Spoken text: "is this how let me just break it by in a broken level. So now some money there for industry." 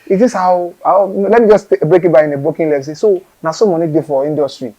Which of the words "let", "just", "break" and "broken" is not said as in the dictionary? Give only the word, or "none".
broken